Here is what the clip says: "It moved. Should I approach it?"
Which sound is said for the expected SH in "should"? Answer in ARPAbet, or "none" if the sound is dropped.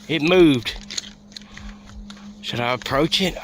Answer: S